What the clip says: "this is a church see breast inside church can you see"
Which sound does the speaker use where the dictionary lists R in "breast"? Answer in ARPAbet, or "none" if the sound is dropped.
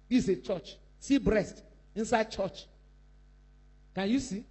R